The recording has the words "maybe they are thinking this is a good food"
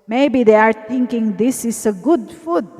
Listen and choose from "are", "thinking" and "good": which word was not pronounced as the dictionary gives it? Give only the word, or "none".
thinking